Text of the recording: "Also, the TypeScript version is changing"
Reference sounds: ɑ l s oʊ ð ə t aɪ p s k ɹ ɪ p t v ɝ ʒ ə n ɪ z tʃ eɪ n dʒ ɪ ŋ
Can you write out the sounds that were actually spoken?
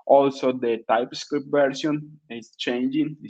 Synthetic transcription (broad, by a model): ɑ l s oʊ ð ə t aɪ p s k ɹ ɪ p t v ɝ s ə n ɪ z tʃ eɪ n dʒ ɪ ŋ